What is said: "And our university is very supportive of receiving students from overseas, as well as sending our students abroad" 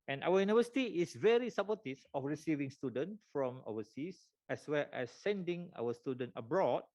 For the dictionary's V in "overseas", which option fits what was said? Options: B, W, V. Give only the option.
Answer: W